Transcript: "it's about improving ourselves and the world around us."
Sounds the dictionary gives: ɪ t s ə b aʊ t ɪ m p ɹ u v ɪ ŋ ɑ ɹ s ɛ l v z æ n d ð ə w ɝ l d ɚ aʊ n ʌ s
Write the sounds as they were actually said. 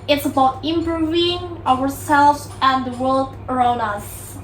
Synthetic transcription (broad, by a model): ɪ t s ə b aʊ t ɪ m b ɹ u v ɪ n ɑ ɹ s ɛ l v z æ n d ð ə w ɝ l d ɚ aʊ n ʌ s